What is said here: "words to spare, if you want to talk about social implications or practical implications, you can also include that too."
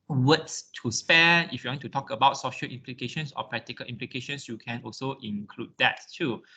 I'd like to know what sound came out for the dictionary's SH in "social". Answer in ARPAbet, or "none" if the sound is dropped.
SH